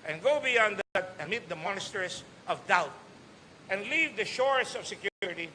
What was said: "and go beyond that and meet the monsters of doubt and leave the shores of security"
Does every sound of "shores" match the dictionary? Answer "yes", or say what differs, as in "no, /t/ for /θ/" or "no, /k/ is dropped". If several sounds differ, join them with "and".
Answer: no, /s/ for /z/